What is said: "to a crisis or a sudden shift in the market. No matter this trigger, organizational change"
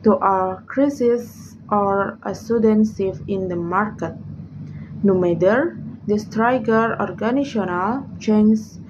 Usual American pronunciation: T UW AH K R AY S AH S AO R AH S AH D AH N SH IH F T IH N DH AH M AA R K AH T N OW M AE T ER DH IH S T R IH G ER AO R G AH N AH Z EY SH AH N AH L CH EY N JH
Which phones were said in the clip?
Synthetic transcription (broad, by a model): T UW AH K R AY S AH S AO R AH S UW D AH N S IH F IH N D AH M AA R K AH T N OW M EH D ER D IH S T R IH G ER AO R G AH N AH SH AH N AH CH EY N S